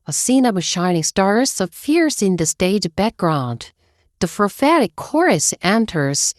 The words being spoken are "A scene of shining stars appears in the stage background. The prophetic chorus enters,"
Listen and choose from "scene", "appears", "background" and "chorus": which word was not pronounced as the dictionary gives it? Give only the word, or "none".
appears